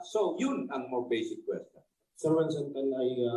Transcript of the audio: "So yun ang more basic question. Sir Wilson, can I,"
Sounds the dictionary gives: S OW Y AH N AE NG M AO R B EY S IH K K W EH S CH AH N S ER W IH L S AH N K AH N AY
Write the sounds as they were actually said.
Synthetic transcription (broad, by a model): S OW Y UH N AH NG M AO W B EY S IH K K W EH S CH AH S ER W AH N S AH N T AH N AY